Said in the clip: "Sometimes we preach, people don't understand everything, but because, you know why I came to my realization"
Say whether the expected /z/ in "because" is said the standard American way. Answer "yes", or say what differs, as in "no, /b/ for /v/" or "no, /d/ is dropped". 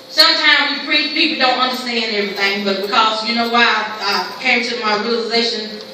yes